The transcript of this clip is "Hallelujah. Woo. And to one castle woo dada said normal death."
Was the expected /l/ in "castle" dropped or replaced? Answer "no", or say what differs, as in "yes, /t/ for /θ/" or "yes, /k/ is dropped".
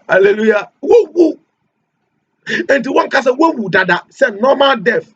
yes, /w/ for /l/